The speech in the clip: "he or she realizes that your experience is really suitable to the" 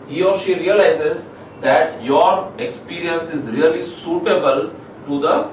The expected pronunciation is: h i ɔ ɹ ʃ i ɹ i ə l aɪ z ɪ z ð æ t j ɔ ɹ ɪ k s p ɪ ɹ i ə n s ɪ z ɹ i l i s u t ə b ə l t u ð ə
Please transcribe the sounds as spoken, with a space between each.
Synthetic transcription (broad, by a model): h i ɔ ɹ ʃ i ɹ i ə l aɪ z ɪ z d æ t j ɔ ɹ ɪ k s p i ɹ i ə n s ɪ z ɹ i l i s u t ə b ə l t u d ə